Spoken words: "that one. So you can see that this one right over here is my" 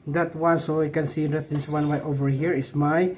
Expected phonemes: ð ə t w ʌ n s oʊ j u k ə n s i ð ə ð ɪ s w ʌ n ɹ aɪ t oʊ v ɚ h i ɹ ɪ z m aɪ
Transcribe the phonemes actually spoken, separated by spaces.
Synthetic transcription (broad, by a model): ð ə t w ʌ n s oʊ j k ə n s i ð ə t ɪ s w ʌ n w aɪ t oʊ v ɚ h i ɹ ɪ s m aɪ